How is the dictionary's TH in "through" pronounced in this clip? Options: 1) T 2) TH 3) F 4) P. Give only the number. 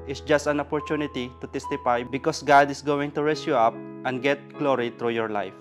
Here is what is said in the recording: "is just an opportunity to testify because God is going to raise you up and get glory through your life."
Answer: 1